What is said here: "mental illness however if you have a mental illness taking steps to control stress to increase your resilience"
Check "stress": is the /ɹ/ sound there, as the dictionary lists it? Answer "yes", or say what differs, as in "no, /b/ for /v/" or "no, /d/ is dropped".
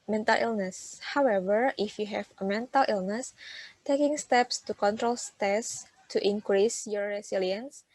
no, /ɹ/ is dropped